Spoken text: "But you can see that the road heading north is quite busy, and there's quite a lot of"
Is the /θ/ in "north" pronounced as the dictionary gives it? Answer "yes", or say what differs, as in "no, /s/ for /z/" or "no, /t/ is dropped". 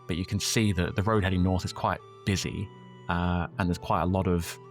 yes